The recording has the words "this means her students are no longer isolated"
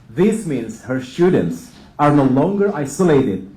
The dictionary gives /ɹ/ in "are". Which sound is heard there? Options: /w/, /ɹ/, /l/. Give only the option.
/ɹ/